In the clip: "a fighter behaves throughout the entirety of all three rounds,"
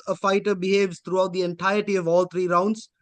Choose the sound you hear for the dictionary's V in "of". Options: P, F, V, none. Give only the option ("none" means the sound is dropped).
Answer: V